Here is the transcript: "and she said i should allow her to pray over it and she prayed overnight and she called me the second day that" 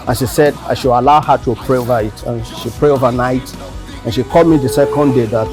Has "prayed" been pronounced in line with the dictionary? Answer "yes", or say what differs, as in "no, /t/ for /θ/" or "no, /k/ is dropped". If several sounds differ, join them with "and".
no, /d/ is dropped